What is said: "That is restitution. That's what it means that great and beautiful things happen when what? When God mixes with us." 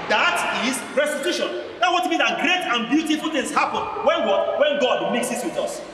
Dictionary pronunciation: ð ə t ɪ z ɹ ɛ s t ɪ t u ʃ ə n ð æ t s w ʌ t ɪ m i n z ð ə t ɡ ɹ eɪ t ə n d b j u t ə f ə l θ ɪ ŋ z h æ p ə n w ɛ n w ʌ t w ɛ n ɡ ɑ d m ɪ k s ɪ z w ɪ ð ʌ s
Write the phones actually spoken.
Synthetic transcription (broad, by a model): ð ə t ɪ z ɹ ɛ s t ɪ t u ʃ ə n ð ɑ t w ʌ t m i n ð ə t ɡ ɹ eɪ t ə n b j u t ə f ə l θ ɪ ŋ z h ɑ p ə n w ɛ n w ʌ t w ɛ n ɡ ɑ d m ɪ k s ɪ s w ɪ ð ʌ s